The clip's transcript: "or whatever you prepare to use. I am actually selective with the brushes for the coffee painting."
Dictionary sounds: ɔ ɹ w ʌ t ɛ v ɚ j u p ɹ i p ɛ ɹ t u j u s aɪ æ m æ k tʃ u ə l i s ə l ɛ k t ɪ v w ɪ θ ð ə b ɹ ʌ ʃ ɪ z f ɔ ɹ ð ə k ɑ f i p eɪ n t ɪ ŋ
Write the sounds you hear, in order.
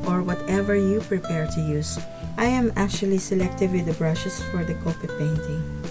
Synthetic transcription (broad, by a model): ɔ ɹ w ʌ t ɛ v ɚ j u p ɹ i p ɛ ɹ t u j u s aɪ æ m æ k tʃ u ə l i s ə l ɛ k t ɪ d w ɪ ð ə b ɹ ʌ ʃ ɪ s f ɔ ɹ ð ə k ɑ p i p eɪ n t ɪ ŋ